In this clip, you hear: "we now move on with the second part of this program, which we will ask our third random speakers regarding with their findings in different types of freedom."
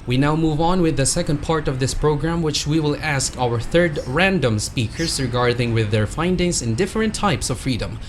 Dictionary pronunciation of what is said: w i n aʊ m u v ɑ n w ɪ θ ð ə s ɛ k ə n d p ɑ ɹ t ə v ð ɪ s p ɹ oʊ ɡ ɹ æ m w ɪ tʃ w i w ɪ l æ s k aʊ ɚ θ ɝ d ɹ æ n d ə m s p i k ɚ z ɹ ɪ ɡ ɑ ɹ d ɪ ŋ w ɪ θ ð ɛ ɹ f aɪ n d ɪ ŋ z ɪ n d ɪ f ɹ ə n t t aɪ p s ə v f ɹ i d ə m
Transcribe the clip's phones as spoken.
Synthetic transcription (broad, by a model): w i n aʊ m u v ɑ n w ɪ ð ə s ɛ k ə n d p ɑ ɹ t ə v ð ɪ s p ɹ oʊ ɡ ɹ æ m w ɪ tʃ w i w ɪ l æ s k aʊ ɚ θ ɝ d ɹ æ n d ə m s p i k ɚ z ɹ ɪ ɡ ɑ ɹ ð ɪ ŋ w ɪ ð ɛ ɹ f aɪ n d ɪ ŋ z ɪ n d ɪ f ɹ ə n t t aɪ p s ə v f ɹ i d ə m